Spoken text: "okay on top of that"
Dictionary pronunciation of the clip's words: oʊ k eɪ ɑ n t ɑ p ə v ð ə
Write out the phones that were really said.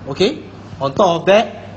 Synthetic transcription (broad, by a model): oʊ k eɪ ɑ n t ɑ ə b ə